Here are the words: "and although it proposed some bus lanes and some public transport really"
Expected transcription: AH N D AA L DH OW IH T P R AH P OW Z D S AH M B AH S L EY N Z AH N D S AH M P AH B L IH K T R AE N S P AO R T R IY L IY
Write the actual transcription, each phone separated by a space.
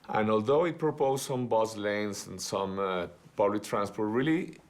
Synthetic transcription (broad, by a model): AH N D AA L DH OW IH T P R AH P OW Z S AH M B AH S L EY N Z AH N S AH M P AH B L IH K T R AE N S P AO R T R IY L IY